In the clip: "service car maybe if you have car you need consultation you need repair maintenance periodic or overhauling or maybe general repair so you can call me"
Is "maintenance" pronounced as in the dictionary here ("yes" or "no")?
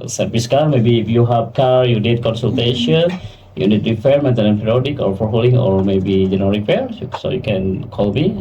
no